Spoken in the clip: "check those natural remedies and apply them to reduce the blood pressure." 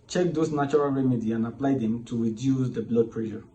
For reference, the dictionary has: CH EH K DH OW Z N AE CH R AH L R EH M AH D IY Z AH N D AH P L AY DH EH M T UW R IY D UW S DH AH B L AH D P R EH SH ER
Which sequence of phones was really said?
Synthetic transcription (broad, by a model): CH EH K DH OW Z N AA CH R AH L R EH M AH D IY AH N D AH P L AY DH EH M T UW R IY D UW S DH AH B L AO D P R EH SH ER